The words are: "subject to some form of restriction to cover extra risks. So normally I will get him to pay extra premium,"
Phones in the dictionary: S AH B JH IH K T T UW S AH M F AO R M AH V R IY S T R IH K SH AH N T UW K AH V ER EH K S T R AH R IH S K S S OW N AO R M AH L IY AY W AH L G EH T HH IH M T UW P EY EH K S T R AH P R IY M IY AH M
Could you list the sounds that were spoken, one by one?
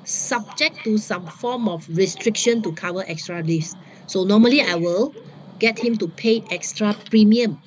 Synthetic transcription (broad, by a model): S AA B JH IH K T T UW S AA M F AO M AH F R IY S T R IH K SH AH N T UW K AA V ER EH K S T R AH L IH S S S OW N AO M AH L IY AY W AH L G EH T HH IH M T UW P EY EH K S T R AH P R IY M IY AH M